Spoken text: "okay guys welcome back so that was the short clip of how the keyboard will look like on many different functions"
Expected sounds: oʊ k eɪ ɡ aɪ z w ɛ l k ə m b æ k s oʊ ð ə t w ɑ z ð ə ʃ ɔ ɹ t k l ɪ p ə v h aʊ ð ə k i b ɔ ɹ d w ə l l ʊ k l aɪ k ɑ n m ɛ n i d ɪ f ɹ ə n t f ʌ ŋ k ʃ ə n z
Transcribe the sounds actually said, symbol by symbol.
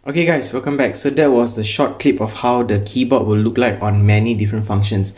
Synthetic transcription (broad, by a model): oʊ k eɪ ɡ aɪ s w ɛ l k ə m b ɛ k s oʊ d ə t w ɑ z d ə ʃ ɔ t k l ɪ p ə f h aʊ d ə k i b ɔ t w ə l l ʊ k l aɪ k ɑ n m ɛ n i d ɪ f ɹ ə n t f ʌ ŋ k ʃ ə n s